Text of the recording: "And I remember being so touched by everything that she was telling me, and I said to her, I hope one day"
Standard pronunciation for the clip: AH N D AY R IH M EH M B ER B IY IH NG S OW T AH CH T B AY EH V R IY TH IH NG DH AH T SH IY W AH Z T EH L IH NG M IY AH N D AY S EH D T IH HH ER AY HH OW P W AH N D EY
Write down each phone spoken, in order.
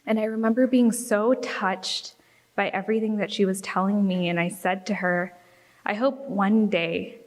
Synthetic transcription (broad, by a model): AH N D AY R IH M EH M B ER B IY IH NG S OW T AH CH T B AY EH V R IY TH IH NG DH AH T SH IY W AH Z T EH L IH NG M IY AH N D AY S EH D T IH ER AY HH OW P W AH N D EY